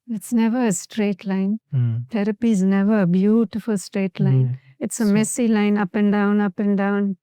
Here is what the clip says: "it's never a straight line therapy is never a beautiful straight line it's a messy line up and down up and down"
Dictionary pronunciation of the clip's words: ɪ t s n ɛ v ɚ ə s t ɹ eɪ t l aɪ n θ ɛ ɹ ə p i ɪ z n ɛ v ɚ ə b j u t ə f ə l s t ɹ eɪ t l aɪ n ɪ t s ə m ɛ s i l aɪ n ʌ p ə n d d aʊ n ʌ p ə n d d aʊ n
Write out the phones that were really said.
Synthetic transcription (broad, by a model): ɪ t s n ɛ v ɚ ə s t ɹ eɪ t l aɪ n t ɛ ɹ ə p i ɪ z n ɛ v ɚ ə b j u t ə f ə l s t ɹ eɪ t l aɪ n ɪ t s ə m ɛ s i l aɪ n ʌ p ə n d d aʊ n ʌ p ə n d d aʊ n